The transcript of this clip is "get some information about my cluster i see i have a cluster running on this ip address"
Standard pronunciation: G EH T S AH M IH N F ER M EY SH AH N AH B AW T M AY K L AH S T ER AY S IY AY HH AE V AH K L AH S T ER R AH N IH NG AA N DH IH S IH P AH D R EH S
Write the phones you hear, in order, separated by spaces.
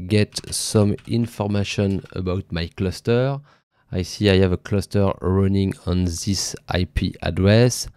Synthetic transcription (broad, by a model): G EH T S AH M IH N F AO M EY SH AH N AH B AW T M AY K L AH S T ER AY S IY AY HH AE V AH K L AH S T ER R AH N IH NG AA N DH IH S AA P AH D R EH S